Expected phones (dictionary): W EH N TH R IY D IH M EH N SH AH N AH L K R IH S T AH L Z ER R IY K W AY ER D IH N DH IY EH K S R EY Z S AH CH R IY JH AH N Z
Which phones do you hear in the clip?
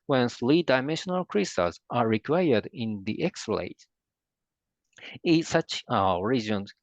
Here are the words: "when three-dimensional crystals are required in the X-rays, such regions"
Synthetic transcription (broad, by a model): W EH N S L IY D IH M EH N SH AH N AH L K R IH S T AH Z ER R IY K W AY ER D IH N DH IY EH K S L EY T S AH CH R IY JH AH N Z